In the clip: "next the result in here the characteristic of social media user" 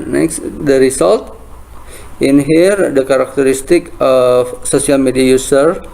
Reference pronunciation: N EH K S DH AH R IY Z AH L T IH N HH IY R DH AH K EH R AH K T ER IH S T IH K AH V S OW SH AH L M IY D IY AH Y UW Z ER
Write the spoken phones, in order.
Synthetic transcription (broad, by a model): N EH K S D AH R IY S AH L T IH N HH IY R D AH K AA R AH K T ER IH S T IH K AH F S OW S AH L M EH D IY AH Y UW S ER